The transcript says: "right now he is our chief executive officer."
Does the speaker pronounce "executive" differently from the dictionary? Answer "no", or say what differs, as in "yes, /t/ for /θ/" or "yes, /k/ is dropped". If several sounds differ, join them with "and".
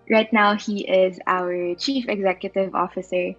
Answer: no